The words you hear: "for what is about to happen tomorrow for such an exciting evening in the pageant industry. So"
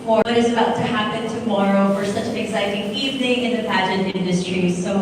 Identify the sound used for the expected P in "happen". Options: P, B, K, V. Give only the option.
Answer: P